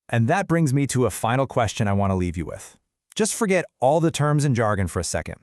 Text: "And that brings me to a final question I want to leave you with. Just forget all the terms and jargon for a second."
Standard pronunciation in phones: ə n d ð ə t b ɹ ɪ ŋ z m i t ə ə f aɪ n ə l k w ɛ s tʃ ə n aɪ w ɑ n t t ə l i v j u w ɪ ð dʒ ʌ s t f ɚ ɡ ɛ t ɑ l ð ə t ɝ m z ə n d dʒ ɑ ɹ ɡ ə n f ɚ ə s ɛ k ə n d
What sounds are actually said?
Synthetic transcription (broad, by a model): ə n ð ə t b ɹ ɪ ŋ z m i t ə ə f aɪ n l k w ɛ s tʃ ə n aɪ w ɑ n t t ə l i v j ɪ w ɪ ð dʒ ʌ s t f ɚ ɡ ɛ t ɑ l ð ə t ɝ m z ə n dʒ ɑ ɹ ɡ ə n f ɚ ə s ɛ k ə n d